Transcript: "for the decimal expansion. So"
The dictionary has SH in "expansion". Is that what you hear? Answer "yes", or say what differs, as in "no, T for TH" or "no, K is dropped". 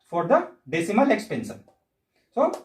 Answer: no, S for SH